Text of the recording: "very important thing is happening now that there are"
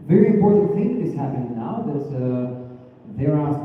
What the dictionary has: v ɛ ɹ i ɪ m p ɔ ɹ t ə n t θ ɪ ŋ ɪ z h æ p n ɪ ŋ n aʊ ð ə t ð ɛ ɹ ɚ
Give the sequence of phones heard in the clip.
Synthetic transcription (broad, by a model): v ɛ ɹ i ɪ m p ɔ ɹ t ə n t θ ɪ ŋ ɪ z h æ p ɪ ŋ n aʊ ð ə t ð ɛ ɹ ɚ